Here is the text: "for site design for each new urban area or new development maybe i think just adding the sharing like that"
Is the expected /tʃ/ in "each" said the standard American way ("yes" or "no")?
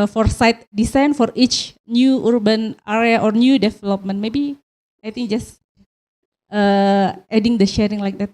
yes